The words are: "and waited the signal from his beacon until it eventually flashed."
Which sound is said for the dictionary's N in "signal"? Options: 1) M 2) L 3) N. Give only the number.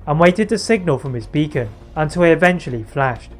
3